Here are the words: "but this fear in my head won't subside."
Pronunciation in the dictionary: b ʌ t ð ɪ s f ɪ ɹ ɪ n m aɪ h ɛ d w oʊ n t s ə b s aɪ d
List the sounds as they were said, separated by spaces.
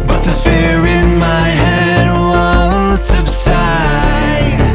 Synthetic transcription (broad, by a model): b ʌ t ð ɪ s f ɪ ɹ ɪ n m aɪ h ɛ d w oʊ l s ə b s aɪ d